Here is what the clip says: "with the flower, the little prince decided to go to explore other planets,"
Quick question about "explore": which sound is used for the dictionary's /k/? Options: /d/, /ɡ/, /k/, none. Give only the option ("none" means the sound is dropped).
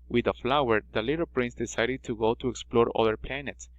/k/